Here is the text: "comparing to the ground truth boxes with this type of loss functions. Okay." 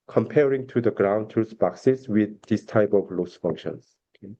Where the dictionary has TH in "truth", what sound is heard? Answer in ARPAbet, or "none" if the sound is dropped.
S